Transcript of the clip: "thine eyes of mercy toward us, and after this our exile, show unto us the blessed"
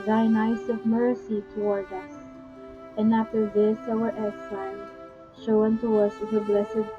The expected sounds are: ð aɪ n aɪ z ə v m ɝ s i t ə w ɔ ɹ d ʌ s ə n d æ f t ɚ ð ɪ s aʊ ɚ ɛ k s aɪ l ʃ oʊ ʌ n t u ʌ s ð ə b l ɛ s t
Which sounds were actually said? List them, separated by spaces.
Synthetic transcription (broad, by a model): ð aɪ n aɪ s ə v m ɝ s i t ə w ɔ ɹ d ʌ s ə n d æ f t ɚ ð ɪ s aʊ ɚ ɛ s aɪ n ʃ oʊ ʌ n t u ʌ s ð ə b l ɛ s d